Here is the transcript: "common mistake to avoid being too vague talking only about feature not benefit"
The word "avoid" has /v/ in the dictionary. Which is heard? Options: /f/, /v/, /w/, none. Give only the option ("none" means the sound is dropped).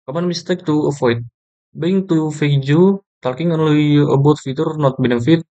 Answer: /f/